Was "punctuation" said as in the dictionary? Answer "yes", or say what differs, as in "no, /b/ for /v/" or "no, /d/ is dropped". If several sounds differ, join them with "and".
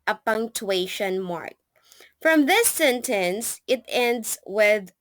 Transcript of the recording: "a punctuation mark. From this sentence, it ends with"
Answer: yes